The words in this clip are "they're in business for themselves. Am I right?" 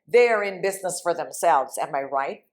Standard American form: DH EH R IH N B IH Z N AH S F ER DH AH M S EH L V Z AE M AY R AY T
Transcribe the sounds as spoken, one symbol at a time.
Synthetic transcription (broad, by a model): DH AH R IH N B IH Z N AH S F ER DH AH M S EH L V Z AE M AY R AY T